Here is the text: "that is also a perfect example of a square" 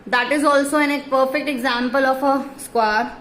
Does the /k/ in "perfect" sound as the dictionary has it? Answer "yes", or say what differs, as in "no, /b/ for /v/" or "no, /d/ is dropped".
yes